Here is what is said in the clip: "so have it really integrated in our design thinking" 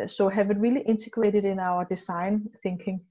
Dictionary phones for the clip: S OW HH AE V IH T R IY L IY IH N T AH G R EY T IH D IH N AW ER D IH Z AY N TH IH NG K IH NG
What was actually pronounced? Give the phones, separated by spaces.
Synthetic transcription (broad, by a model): S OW HH AE V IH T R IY L IY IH N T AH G R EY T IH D IH N AW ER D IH S AY N TH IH NG K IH NG